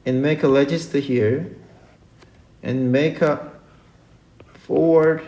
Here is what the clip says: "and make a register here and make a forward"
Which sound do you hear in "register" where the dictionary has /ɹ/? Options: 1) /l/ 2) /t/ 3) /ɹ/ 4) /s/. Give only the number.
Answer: 1